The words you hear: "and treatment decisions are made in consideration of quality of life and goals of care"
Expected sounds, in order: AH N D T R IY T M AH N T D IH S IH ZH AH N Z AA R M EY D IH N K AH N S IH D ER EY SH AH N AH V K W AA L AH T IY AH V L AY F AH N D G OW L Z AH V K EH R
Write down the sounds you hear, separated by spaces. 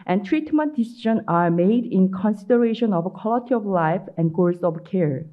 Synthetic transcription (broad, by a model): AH N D T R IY T M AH N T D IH S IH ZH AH N AA R M EY D IH N K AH N S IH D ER EY SH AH N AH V K W AA L AH T IY AH V L AY F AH N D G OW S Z AH V K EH R